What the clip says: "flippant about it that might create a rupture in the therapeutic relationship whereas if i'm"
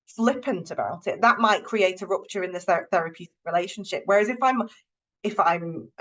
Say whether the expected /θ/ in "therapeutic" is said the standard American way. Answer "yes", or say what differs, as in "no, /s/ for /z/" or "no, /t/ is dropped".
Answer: yes